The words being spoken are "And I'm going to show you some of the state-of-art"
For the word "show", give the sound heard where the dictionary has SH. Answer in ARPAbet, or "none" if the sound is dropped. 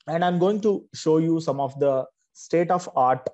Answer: SH